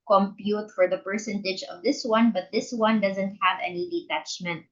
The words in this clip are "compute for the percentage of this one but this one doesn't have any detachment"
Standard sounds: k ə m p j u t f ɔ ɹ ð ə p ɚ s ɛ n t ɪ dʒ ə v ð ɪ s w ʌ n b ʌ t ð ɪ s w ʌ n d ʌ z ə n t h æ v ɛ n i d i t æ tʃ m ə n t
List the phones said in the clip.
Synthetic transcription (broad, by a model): k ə m p j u t f ɔ ɹ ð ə p ɚ s ɛ n t ɪ dʒ ə v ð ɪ s w ʌ n b ʌ t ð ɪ s w ʌ n d ʌ z ə n t h æ v ɛ n i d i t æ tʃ m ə n t